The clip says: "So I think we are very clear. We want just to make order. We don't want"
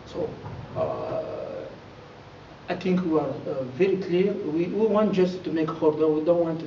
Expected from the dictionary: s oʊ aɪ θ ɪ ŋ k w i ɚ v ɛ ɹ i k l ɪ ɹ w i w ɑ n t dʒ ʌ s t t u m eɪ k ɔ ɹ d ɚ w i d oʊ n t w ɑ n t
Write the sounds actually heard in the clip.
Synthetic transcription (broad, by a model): s oʊ aɪ t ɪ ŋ k w i ɚ v ɛ ɹ i k l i w w i w ɑ n t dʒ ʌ s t t u m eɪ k ɔ ɹ d ɚ w i d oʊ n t w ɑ n t